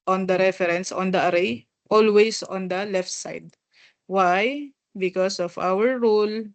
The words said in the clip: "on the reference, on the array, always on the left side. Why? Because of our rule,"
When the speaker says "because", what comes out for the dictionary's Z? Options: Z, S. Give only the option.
S